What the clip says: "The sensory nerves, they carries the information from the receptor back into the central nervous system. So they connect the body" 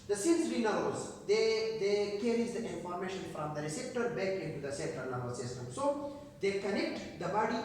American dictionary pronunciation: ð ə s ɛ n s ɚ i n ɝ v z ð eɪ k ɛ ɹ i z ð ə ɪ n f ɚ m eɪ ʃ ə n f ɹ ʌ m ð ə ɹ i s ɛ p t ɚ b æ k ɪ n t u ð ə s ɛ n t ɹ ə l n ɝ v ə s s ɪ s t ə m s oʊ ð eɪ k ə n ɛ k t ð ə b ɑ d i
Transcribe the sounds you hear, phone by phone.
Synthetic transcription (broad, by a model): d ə s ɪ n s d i n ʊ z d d eɪ k ɛ ɹ i z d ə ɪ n f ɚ m eɪ ʃ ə n f ɹ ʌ m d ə ɹ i s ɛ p t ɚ b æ k ɪ n t u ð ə s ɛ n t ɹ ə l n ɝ b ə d s ɪ s t ə m s oʊ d eɪ k ə n ɛ k t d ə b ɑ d i